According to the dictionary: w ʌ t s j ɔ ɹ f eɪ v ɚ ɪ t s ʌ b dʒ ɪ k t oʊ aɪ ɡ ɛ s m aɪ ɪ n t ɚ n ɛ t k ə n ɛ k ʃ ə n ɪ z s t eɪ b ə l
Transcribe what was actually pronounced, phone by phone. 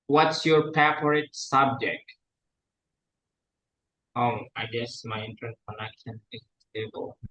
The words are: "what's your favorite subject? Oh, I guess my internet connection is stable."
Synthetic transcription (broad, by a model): w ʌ t s j ɔ ɹ p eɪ p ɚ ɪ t s ʌ b dʒ ɪ k t oʊ aɪ ɡ ɛ s m aɪ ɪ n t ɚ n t k ə n ɛ k ʃ ə n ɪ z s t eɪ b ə l